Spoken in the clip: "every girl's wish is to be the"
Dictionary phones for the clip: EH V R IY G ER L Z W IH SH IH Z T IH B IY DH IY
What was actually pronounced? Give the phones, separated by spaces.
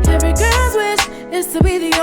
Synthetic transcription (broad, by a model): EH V R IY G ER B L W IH S IH Z T IH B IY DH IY